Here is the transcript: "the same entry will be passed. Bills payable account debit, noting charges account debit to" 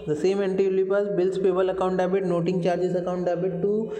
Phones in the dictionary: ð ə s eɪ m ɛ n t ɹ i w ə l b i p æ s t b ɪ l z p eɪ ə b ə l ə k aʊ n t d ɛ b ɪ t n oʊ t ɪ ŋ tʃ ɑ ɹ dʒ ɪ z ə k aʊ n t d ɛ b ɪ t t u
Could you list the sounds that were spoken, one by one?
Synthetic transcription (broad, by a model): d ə s eɪ m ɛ n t i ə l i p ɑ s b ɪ l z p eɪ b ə l ə k aʊ n t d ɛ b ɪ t n oʊ t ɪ ŋ tʃ ɑ ɹ dʒ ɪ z ə k aʊ n t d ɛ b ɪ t t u